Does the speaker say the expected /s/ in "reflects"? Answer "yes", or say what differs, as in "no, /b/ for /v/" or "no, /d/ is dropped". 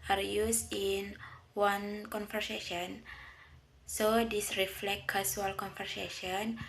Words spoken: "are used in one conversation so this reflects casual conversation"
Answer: no, /s/ is dropped